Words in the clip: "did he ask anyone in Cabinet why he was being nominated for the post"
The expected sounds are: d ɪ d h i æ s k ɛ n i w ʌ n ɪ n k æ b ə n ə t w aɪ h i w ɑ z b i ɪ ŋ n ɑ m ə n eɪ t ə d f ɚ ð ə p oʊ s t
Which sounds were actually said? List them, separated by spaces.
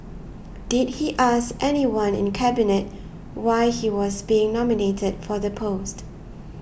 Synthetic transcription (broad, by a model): d ɪ d h i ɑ s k ɛ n i w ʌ n ɪ n k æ b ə n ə t w aɪ h i w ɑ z b i ɪ ŋ n ɑ m ə n eɪ t ə d f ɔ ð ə p oʊ s t